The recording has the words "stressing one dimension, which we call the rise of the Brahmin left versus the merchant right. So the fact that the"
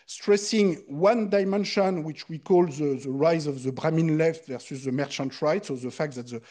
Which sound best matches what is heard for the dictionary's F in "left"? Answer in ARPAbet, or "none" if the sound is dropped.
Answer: F